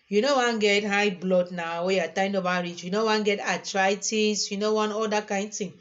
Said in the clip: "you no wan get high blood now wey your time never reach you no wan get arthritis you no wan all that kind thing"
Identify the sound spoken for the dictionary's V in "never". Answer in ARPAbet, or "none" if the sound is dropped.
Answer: P